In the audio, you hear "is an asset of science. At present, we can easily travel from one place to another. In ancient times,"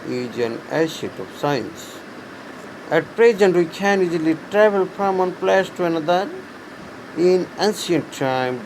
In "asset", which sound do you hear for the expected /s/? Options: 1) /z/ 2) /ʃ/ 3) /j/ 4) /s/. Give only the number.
2